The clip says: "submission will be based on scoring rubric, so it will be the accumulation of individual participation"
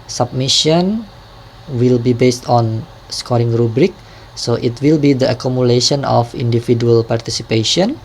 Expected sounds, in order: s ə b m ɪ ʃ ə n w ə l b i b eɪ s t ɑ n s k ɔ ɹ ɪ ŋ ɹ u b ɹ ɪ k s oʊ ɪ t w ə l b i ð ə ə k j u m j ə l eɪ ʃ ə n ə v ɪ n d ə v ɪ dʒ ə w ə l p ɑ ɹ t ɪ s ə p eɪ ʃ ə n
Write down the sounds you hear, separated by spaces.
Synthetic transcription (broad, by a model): s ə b m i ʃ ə n w ə l b i b eɪ s t ɑ n s k ɔ ɹ ɪ ŋ ɹ u b ɹ ɪ k s oʊ ɪ t w ə l b i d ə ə k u m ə l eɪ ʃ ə n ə f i n d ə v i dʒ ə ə l p ɑ ɹ t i s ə p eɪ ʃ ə n